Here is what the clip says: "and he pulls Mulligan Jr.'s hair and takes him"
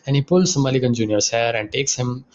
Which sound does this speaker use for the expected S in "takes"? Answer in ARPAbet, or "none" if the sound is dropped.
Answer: S